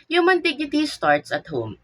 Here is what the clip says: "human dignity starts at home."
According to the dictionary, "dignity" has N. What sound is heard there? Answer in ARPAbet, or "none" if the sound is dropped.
none